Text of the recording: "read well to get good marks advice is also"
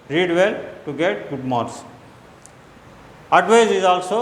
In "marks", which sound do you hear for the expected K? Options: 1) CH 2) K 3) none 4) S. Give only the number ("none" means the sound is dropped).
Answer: 3